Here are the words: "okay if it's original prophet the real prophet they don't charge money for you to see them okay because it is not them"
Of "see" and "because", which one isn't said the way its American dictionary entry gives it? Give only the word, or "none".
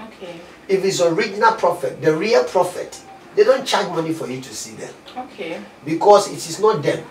because